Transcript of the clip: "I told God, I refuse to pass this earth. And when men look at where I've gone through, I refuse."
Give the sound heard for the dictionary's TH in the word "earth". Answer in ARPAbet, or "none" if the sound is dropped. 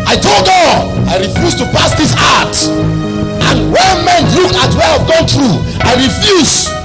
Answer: T